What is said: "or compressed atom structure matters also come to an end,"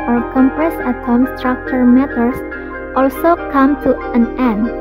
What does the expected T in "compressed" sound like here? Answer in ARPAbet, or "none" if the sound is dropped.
none